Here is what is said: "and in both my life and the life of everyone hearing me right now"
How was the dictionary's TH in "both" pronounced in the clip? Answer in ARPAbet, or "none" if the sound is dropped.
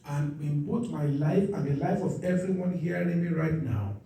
T